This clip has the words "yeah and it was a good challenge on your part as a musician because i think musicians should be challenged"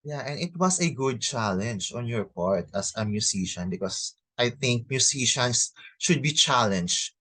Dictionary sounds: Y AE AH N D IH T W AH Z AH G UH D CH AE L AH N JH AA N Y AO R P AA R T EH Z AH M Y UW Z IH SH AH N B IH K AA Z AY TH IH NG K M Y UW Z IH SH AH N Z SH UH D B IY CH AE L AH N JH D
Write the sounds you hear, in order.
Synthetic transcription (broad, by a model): Y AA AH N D IH T W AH S AH G UH D CH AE L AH N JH AA N Y AO R P AA R T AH S AH M Y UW S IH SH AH N B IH K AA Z AY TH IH NG K M Y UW S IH SH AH N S SH UH D B IY CH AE L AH N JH